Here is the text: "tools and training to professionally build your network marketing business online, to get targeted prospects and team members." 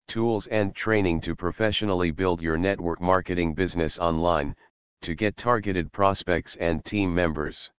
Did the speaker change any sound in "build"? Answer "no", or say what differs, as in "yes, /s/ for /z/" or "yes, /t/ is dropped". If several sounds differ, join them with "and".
no